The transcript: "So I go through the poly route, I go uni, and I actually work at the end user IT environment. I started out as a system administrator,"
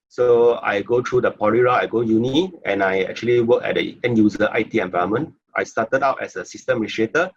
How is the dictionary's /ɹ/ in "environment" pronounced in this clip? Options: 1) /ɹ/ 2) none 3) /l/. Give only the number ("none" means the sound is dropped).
2